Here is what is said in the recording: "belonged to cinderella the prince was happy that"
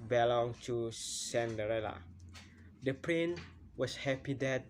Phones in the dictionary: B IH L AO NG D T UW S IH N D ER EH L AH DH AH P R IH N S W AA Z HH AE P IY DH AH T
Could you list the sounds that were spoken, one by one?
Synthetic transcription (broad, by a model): B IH L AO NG T UW S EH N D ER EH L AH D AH P R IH N W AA S HH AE P IY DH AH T